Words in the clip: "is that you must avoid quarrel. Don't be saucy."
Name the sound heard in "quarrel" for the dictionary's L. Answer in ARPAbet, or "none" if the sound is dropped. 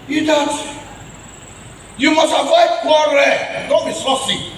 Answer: N